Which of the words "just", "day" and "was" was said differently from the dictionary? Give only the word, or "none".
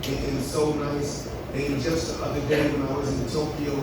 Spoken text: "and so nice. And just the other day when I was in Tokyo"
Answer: none